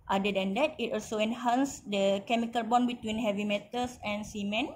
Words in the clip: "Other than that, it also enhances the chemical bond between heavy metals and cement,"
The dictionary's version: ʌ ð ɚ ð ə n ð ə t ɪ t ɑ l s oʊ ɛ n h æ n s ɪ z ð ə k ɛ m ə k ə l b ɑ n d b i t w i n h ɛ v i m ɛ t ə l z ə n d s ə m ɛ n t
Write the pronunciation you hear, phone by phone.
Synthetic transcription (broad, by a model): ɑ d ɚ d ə n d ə t ɪ t ɑ l s oʊ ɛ n h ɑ n s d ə k ɛ m ə k ə l b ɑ n b i t w i n h ɛ v i m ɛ t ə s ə n s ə m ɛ n